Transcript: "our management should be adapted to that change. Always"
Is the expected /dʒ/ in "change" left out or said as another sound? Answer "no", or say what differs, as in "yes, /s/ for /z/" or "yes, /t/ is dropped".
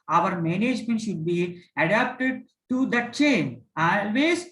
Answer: yes, /dʒ/ is dropped